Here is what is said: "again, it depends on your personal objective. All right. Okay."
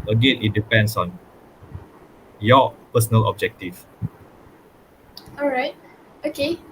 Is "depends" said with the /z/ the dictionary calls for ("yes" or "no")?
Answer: no